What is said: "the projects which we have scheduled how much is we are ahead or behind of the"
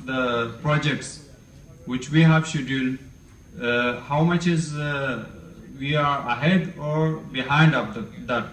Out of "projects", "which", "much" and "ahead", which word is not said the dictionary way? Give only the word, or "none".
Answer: none